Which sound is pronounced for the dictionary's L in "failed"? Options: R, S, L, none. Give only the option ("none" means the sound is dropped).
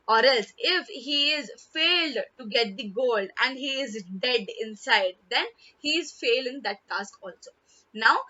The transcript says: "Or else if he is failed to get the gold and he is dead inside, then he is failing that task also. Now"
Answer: L